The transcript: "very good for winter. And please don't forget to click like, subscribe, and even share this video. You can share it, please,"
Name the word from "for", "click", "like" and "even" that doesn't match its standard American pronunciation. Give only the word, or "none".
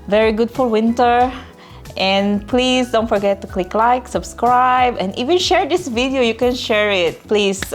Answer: for